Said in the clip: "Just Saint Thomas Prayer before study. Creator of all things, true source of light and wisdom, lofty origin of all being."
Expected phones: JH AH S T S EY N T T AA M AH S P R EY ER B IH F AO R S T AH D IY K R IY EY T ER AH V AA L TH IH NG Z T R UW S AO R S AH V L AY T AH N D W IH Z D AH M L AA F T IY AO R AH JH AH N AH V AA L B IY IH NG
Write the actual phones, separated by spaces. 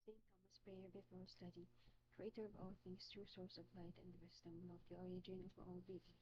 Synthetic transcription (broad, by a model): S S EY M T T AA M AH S P R EY ER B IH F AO L S T AH D IY K R IY EY T ER AH V AA L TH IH NG S T R UW S AO R S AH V L AY T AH N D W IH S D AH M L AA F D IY AO R AH JH AH N AH V AA L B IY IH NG